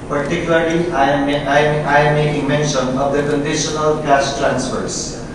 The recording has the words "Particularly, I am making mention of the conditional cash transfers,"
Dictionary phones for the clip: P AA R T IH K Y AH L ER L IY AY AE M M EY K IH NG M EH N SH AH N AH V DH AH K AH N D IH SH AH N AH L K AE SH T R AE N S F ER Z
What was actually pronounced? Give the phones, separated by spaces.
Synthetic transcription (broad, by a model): P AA R T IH K Y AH L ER L IY AY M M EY IH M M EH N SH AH N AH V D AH K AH N D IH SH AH N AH L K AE S T R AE N S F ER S